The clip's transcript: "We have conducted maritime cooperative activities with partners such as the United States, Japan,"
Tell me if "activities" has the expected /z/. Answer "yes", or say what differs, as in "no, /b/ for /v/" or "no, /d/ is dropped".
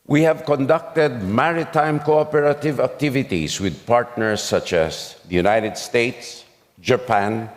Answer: no, /s/ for /z/